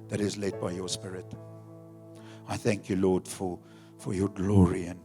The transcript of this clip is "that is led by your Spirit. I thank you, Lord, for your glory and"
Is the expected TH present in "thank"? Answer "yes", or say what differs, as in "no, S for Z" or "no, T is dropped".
yes